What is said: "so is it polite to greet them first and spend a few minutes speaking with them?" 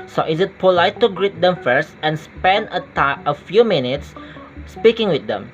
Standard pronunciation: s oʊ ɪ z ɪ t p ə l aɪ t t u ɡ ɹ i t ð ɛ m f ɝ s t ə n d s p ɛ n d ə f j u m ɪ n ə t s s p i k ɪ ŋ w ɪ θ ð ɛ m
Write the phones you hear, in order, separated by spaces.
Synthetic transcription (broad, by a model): s oʊ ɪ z ɪ t p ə l aɪ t t u ɡ ɹ i t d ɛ m f ɝ s t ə n s p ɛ n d ə f j u m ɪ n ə t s s p i k ɪ ŋ w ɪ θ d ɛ m